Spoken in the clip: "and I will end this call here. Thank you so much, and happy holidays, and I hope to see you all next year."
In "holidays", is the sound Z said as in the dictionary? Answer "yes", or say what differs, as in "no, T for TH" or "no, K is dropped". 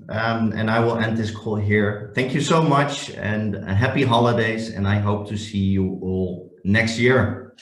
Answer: yes